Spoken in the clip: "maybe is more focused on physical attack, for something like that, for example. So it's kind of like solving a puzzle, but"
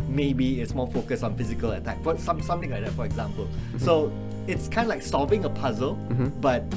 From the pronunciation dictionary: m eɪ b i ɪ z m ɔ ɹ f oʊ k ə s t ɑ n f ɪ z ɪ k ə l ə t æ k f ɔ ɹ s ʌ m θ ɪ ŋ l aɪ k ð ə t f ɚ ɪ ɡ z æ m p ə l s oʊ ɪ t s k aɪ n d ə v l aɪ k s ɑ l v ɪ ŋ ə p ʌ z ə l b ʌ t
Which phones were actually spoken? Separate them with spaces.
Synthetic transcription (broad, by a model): m eɪ b i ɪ s m ɔ f oʊ k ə s ɑ n f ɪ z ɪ k ə l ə t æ k f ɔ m s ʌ m t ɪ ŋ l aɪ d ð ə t f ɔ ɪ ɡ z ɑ m p ə l s oʊ ɪ t s k aɪ n d l aɪ k s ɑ v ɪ ŋ ə p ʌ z ə l b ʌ t